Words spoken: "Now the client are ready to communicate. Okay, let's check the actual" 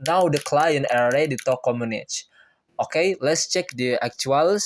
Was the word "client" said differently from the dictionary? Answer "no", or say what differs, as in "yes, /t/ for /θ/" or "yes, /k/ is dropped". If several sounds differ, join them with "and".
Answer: yes, /t/ is dropped